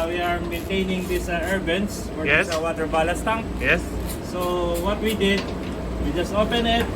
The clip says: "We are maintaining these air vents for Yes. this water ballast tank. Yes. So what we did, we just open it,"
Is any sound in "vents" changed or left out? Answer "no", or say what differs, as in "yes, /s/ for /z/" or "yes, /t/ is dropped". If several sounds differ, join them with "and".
yes, /b/ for /v/